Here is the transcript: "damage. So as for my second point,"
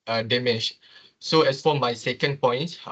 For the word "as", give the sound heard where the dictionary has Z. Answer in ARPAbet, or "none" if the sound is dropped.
S